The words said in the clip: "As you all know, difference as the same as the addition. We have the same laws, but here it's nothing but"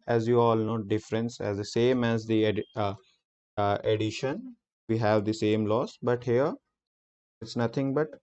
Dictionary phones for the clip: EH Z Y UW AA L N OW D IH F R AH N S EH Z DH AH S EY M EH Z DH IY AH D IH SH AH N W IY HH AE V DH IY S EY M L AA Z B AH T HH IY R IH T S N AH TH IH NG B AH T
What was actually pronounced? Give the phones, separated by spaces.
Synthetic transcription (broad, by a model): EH Z Y UW AA L N OW D IH F R AH N S EH Z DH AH S EY M EH Z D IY AH D IH SH AH N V IY HH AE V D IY S EY M L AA S B AH T HH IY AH IH T S N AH T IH NG B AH T